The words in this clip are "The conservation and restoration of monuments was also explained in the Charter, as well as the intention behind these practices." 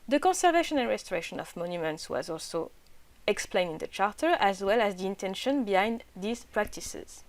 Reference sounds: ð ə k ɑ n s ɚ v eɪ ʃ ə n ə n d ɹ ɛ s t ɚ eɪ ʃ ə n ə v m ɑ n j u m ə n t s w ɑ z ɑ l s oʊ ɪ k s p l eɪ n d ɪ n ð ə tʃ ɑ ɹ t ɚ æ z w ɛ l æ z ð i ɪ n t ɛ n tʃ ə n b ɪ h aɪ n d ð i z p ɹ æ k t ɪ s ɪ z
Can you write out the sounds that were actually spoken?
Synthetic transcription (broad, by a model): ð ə k ɑ n s ɚ v eɪ ʃ ə n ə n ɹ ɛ s t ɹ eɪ ʃ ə n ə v m ɑ n j u m ə n t s w ɑ z ɑ l s oʊ ɪ k s p l eɪ n d ɪ n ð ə tʃ ɑ ɹ t ɚ æ z w ɛ l æ z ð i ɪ n t ɛ n ʃ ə n b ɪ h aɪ n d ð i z p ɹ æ k t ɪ s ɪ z